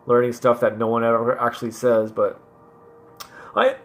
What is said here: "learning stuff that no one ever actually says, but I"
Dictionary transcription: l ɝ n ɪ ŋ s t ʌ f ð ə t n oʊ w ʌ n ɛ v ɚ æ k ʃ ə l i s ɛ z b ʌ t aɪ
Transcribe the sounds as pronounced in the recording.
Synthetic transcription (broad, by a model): l ɝ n ɪ ŋ s t ʌ f ð ə t n oʊ w ʌ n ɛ v ɚ æ k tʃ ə l i s ɛ z b ʌ t aɪ